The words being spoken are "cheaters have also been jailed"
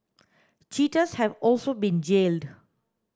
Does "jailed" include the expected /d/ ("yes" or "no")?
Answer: yes